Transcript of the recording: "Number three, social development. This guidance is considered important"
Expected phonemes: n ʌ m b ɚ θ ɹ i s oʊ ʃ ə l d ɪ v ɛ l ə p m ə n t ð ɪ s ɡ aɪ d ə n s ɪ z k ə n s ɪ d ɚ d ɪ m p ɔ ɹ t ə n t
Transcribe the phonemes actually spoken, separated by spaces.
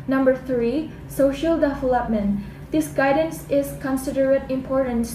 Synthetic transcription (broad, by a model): n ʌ m b ɚ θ ɹ i s oʊ ʃ ə l d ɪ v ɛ l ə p m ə n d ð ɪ s ɡ aɪ d ə n s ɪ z k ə n s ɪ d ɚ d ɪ m p ɔ ɹ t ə n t